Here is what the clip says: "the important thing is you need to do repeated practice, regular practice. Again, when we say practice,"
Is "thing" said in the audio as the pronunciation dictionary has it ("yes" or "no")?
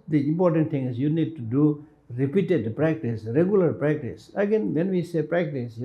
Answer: no